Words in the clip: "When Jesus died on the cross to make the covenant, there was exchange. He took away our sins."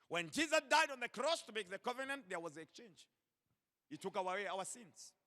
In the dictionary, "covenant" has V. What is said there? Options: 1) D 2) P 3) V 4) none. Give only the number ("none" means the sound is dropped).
3